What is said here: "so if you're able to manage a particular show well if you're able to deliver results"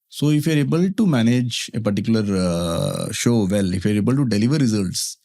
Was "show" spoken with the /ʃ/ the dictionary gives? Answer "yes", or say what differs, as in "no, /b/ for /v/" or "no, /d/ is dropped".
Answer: yes